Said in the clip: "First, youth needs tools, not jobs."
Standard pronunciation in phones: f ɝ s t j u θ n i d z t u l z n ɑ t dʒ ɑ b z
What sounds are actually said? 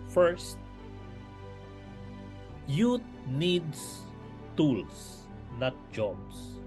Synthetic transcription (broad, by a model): f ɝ s t j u t n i d s t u l s n ɑ t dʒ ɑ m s